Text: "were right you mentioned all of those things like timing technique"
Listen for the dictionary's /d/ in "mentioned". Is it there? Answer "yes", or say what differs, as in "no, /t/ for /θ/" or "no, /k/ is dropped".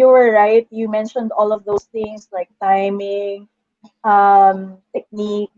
yes